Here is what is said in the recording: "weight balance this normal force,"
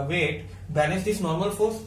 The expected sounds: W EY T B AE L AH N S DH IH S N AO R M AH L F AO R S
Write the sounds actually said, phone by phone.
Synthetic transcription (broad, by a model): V EY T B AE N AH S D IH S N AO R M AH L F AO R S